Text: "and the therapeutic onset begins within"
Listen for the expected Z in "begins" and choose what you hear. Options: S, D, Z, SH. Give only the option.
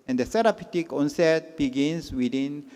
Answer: S